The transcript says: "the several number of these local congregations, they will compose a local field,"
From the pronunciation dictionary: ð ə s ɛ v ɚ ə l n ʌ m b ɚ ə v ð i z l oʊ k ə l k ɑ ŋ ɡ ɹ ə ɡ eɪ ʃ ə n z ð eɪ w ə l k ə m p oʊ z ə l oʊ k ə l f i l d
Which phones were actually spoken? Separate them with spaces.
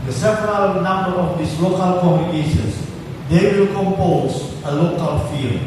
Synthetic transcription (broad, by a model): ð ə s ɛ p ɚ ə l n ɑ m b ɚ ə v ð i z l oʊ k ə l k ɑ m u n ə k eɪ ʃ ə n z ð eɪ w ə l k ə m p oʊ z ə l oʊ k ə l f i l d